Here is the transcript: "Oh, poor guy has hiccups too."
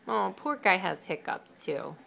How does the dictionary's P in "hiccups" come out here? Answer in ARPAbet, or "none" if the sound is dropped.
P